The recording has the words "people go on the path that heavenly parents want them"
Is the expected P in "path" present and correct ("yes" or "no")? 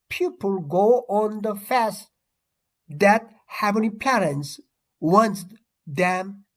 no